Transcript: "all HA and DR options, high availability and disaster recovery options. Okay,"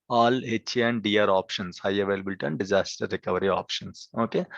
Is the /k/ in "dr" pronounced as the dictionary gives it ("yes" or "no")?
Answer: no